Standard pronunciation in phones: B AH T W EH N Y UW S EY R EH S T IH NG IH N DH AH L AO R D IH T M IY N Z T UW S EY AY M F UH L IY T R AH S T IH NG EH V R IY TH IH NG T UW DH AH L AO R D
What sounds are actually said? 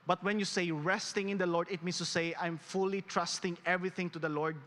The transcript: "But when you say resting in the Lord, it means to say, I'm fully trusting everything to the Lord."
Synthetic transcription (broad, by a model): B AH T W EH N Y UW S EY R EH S T IH NG IH N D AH L AO R D IH T M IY N S T UW S EY AY M F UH L IY T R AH S T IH NG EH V R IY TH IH NG T UW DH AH L AO R D